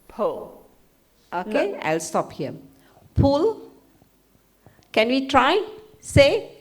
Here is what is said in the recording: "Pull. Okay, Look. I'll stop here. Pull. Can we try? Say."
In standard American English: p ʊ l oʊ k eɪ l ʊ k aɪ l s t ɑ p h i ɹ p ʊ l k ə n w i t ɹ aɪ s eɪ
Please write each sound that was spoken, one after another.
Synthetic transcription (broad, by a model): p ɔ oʊ k eɪ aɪ l s t ɑ p h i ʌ p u l k ə n w i t ɹ aɪ s eɪ